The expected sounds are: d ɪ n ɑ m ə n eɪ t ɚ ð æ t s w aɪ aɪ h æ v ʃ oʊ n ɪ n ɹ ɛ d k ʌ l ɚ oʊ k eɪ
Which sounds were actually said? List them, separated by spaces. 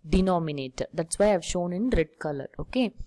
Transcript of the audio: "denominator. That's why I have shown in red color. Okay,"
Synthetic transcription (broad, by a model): d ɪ n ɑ m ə n eɪ t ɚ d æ t s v aɪ aɪ v ʃ oʊ n ɪ n ɹ ɛ d k ʌ l ɚ oʊ k eɪ